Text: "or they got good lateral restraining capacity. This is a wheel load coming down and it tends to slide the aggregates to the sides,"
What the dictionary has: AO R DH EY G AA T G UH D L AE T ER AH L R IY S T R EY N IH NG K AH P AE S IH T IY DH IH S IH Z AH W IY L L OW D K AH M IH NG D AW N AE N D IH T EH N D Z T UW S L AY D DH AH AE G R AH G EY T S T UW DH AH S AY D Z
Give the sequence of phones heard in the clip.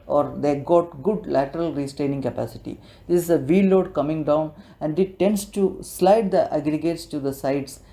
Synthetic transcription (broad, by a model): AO R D EY G AA T G UH D L AE T ER AH L R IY S T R EY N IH NG K AH P AE S IH T IY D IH S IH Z AH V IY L L OW D K AH M IH NG D AW N AE N D IH T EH N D S T UW S L AY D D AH AE G R AH G EY T S T UW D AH S AY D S